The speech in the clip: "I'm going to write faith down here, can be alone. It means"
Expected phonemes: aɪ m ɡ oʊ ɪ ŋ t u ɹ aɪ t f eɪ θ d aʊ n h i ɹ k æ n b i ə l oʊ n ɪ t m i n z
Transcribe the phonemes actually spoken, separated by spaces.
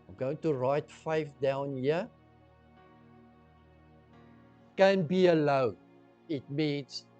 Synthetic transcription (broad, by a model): aɪ m ɡ oʊ ɪ ŋ t u ɹ aɪ t f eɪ f d aʊ n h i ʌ k æ n b i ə l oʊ ɪ t m i n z